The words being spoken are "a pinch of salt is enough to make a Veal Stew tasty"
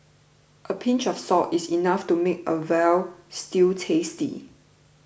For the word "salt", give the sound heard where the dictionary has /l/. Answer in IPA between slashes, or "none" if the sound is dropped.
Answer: none